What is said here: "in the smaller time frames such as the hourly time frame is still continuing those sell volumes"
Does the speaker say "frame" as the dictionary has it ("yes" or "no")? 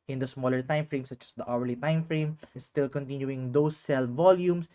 yes